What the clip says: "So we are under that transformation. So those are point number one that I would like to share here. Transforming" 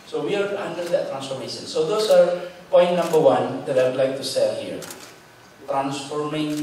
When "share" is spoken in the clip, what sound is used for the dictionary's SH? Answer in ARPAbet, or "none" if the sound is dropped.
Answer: S